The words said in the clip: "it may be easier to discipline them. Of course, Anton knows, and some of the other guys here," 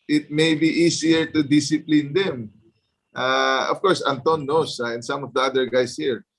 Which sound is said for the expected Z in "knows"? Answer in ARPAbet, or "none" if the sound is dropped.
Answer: S